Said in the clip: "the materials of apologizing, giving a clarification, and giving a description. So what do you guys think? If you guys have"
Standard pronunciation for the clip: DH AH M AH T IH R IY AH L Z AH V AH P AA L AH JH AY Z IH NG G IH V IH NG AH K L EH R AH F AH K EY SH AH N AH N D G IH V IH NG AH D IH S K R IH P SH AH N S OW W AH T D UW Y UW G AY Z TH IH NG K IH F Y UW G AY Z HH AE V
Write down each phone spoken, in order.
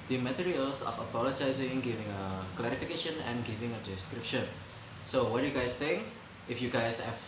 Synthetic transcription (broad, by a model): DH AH M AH T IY R IY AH L S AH F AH P AA L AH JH AY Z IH NG G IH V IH NG AH K L EH R AH F AH K EY SH AH N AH N G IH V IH NG AH D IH S K R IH P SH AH N S OW W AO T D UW Y UW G AY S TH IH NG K IH F Y UW G AY S HH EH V